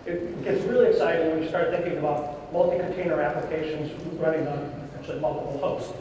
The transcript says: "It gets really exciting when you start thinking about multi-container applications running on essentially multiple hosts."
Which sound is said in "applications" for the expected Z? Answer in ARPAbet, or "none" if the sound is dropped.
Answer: Z